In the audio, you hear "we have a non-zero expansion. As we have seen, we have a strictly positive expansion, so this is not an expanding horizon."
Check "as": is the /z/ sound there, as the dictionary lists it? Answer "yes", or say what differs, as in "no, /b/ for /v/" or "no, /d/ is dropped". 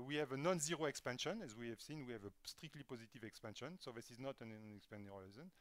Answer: yes